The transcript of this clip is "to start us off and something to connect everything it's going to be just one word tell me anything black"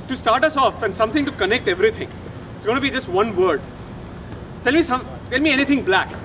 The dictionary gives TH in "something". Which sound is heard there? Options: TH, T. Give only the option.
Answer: T